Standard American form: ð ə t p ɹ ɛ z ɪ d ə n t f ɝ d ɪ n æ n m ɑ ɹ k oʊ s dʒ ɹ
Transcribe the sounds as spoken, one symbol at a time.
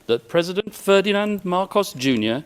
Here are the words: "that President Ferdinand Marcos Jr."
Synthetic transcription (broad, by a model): ð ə t p ɹ ɛ z ɪ d ə n t f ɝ d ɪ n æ n m ɑ ɹ k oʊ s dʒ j